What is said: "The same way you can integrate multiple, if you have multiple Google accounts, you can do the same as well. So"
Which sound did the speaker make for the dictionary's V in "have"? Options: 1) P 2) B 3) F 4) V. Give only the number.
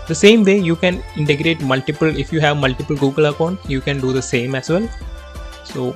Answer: 4